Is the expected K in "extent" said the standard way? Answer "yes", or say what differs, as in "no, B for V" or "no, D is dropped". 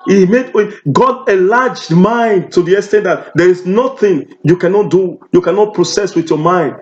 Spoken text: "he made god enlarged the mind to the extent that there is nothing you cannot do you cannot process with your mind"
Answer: no, K is dropped